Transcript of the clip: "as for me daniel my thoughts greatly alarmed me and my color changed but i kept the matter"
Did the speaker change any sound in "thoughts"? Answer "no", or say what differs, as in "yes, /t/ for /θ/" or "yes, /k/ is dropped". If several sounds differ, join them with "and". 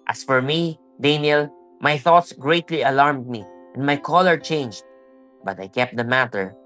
no